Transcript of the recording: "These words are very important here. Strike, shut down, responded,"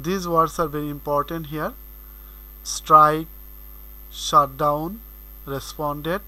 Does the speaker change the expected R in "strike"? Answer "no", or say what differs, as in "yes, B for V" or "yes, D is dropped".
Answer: no